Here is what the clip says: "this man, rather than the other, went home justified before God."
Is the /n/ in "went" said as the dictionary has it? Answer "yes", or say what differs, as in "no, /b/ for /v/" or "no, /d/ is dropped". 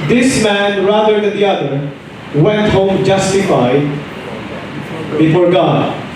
yes